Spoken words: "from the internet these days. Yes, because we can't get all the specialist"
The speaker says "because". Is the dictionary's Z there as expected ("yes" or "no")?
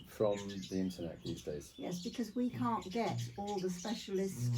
yes